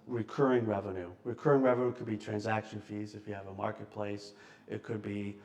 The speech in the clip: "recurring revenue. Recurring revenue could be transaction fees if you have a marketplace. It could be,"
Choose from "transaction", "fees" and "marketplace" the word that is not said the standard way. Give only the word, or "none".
none